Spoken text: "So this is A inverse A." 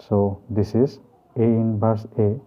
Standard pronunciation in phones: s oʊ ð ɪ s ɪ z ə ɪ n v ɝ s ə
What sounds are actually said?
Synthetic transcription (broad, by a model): s oʊ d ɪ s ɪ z ə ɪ n b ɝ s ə